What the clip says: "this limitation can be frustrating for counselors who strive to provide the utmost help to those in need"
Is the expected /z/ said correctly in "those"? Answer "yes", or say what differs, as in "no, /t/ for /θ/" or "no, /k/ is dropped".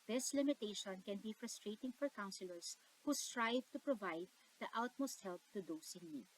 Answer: no, /s/ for /z/